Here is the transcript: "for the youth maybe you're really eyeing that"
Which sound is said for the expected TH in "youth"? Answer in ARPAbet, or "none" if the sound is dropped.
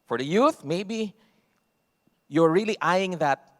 TH